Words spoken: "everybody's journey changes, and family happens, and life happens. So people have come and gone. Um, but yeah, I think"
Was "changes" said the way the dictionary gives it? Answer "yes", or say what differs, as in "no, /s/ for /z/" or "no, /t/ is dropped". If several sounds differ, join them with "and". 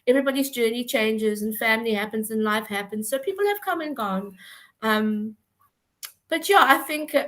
yes